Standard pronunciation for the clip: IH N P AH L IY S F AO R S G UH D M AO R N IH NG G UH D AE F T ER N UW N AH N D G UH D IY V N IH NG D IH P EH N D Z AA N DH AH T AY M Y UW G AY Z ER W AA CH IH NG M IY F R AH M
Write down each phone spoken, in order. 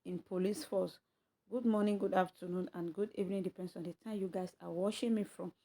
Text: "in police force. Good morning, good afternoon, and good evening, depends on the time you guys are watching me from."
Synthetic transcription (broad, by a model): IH N P AH L IY S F AO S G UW D M AO N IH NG G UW D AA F T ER N UW N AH N G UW D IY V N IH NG D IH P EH N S AA N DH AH T AY M Y UW G AY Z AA W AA SH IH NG M IY F R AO M